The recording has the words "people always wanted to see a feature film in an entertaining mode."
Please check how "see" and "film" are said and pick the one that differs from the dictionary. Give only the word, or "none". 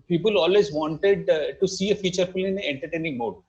film